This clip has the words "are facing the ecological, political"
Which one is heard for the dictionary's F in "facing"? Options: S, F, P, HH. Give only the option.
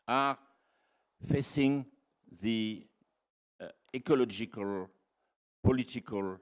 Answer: F